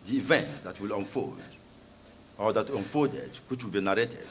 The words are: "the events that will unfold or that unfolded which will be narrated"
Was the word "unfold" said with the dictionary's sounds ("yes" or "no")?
no